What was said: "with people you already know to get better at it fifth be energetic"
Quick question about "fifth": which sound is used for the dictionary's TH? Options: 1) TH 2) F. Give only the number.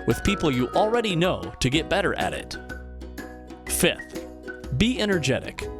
1